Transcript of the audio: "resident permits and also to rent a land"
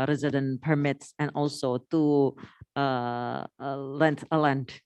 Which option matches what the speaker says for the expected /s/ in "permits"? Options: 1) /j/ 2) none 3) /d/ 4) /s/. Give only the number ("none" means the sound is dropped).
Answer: 4